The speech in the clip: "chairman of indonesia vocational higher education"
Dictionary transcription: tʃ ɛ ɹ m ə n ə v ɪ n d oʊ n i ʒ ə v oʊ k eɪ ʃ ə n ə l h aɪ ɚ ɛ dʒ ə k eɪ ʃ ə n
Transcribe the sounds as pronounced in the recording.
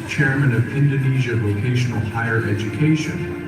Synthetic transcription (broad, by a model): tʃ ɛ ɹ m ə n ə v ɪ n d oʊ n i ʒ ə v oʊ k eɪ ʃ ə n l h aɪ ɚ ɛ dʒ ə k eɪ ʃ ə n